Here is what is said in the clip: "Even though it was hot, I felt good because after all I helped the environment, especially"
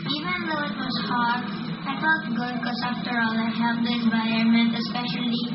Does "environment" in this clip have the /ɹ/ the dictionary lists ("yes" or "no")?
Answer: no